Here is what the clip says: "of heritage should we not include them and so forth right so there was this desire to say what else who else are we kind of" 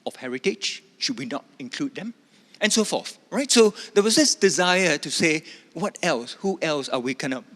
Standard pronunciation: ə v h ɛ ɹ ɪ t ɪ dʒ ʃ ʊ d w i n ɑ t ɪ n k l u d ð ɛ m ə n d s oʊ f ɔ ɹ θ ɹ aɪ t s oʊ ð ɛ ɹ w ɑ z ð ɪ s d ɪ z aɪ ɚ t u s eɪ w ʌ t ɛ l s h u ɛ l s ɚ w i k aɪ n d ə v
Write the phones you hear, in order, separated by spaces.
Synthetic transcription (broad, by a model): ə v h ɛ ɹ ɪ t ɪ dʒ ʃ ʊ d w i n ɑ t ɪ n k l u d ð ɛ m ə n s oʊ f ɔ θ ɹ aɪ t s oʊ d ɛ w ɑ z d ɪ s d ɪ z aɪ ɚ t u s eɪ w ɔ t ɛ l s h u ɛ l s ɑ w i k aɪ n ə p